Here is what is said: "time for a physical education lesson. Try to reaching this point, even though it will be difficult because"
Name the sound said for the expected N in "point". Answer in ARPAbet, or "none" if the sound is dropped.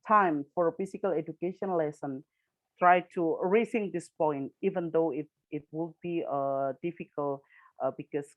N